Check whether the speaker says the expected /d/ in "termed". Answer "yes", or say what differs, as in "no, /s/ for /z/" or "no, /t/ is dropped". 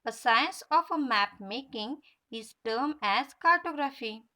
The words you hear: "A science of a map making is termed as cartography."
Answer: no, /d/ is dropped